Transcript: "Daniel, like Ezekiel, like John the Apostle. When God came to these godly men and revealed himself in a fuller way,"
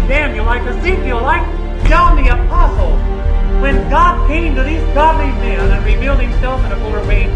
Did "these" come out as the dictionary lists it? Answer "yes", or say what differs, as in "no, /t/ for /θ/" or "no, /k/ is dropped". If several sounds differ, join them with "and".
yes